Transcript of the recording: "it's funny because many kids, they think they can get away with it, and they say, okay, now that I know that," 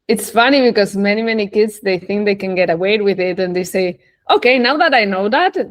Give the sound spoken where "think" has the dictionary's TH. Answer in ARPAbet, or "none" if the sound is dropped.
TH